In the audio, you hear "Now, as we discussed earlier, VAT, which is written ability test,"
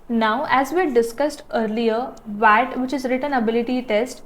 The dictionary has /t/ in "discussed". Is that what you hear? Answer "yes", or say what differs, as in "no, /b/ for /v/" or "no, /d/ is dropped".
yes